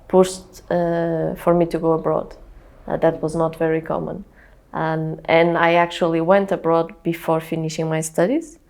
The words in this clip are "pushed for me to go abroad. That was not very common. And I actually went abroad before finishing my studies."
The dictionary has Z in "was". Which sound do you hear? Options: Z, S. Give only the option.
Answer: Z